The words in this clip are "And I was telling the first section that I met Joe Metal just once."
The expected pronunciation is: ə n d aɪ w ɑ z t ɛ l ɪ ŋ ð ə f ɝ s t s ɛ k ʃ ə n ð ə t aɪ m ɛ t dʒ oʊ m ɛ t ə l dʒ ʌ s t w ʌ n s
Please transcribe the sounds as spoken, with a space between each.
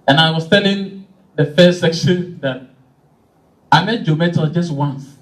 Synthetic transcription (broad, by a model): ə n aɪ w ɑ s t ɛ l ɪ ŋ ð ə f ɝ s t s ɛ k ʃ ə n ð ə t aɪ m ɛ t dʒ oʊ m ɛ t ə dʒ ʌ s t w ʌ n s